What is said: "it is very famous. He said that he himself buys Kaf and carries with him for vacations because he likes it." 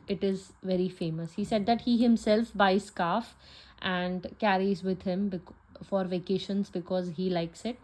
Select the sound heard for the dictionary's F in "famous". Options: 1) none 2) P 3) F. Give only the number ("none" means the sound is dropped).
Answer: 3